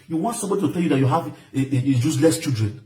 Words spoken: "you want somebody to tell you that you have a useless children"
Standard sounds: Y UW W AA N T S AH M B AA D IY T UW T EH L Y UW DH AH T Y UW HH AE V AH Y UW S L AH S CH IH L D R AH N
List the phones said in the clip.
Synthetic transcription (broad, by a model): Y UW W AA N T S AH M B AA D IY T UW T EH L Y UW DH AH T Y UW HH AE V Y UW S L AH S CH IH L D R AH N